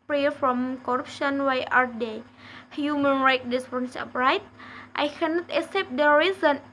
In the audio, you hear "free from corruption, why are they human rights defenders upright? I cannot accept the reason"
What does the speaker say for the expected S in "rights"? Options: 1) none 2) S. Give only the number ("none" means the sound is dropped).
1